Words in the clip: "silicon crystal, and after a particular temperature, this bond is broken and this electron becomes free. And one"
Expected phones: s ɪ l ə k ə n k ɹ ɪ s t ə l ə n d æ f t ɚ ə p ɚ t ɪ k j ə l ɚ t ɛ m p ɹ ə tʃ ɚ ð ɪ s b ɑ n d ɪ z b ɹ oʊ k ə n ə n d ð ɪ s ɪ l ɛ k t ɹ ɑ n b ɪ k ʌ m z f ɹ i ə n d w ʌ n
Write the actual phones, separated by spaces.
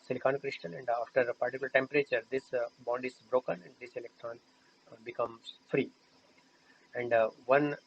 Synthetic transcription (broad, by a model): s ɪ l k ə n k ɹ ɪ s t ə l ə n d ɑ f t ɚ p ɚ t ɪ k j l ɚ t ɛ m p ɹ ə tʃ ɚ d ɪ s b ɑ n d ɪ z b ɹ oʊ k ə n ə n d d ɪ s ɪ l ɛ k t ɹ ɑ n b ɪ k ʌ m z f ɹ i ə n d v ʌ n